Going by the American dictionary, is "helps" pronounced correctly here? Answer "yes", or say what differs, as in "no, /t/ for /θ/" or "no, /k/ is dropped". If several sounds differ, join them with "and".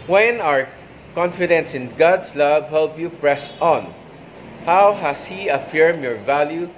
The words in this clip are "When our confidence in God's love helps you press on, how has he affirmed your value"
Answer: no, /s/ is dropped